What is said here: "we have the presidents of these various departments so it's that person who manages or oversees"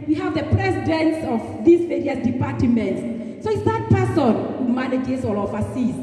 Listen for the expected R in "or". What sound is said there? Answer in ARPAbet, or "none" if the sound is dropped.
L